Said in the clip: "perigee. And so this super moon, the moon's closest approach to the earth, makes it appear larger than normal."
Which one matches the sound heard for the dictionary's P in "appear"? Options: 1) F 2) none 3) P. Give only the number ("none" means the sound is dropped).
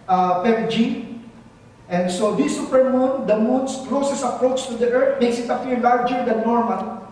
1